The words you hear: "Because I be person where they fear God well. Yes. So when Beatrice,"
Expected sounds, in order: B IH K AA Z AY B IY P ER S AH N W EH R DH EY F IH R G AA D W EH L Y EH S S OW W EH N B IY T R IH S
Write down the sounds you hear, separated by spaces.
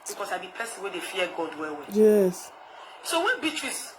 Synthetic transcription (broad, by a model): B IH K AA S AY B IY P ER S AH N W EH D EY F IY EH G AA D W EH W Y EH S S OW W EH N B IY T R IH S